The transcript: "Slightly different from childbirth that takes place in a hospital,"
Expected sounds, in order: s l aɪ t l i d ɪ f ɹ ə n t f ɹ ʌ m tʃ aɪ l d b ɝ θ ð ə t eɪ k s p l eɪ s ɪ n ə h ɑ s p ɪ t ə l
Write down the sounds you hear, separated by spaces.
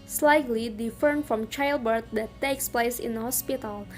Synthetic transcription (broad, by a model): s l aɪ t l i d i f ə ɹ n f ɹ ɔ m tʃ aɪ l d b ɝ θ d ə t eɪ k s p l eɪ s ɪ n ə h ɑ s p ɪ t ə l